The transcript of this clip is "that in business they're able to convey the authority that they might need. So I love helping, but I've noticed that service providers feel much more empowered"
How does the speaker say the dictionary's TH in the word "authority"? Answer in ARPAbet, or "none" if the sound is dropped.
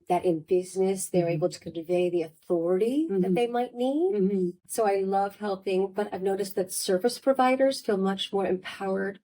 TH